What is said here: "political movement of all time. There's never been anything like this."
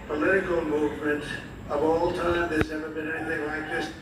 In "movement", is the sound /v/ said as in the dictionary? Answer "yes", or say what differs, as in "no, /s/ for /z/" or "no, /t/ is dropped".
yes